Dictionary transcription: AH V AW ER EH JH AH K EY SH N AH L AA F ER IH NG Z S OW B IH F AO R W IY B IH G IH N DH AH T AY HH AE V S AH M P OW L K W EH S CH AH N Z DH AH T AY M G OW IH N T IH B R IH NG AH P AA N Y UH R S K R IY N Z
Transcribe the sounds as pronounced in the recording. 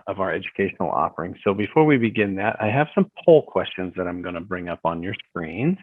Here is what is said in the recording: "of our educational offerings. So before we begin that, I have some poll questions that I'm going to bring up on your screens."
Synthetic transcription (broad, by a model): AH V AW ER EH JH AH K EY SH N L AA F ER IH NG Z S OW B IH F AO R W IY B IH G IH N DH AH T AY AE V S AH M P OW L K W EH S CH AH N Z DH AH T AY M G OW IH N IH B R IH NG AH P N Y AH R S K R IY N